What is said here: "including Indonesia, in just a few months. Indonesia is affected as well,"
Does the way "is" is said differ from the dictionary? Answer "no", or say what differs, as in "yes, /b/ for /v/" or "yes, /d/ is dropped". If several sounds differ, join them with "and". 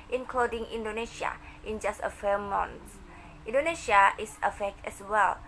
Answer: yes, /s/ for /z/